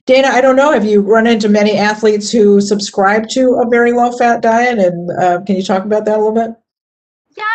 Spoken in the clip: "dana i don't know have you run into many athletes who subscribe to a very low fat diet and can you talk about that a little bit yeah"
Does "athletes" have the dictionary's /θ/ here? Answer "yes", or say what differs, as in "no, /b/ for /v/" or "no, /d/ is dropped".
yes